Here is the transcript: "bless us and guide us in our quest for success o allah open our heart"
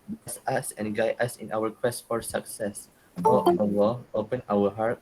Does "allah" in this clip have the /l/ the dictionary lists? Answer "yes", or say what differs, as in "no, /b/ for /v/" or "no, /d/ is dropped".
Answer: no, /w/ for /l/